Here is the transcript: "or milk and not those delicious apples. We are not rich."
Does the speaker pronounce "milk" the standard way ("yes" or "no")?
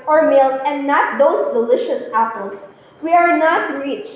no